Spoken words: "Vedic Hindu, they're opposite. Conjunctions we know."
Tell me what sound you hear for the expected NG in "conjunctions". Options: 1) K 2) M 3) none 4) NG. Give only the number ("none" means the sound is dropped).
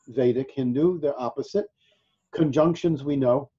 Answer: 4